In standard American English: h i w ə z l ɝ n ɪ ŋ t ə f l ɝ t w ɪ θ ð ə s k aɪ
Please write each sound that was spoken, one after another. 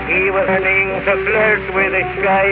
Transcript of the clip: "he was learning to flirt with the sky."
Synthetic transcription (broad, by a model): h i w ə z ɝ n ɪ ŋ s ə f l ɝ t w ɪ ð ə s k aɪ